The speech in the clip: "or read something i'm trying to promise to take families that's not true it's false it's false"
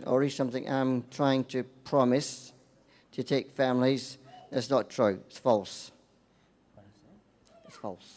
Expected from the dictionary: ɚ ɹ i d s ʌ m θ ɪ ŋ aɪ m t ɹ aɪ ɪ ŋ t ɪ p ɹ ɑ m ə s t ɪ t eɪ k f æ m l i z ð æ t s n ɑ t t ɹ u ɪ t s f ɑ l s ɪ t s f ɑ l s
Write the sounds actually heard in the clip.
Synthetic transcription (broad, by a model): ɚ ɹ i s ʌ m θ ɪ ŋ aɪ m t ɹ aɪ ɪ ŋ t ɪ p ɹ ɑ m ə s t ɪ t eɪ k f æ m l i z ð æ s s n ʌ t t ɹ u ɪ t s f ɑ l s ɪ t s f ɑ l s